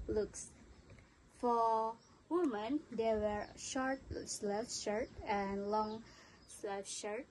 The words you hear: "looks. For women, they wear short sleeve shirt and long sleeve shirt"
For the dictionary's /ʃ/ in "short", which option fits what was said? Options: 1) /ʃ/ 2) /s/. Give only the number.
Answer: 1